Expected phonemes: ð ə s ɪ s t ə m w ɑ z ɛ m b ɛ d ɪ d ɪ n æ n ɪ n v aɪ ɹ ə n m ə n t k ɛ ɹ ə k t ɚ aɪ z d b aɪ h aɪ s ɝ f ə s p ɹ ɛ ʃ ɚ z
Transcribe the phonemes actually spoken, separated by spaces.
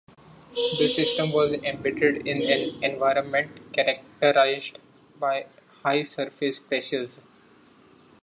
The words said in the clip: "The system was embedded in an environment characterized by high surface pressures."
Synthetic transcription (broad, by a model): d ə s ɪ s t ə m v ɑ z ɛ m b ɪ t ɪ d ɪ n æ n ɪ n v aɪ ɹ ə n m ə n t k ɛ ɹ ə k t ɚ aɪ z d b aɪ h aɪ s ɝ f ə s p ɹ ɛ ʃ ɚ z